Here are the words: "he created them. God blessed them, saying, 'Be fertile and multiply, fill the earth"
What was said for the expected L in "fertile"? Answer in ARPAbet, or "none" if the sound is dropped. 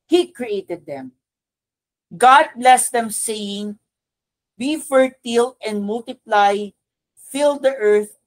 L